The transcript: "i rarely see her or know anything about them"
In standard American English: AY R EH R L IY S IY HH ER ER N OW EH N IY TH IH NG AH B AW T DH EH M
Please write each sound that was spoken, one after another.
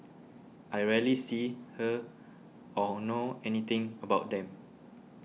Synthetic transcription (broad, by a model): AY R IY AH L IY S IY HH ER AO N OW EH N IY T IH NG AH B AW T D EH M